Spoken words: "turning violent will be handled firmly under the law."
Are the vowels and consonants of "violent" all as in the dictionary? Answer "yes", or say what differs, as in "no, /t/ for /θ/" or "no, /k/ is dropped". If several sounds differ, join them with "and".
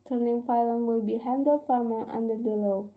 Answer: no, /p/ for /v/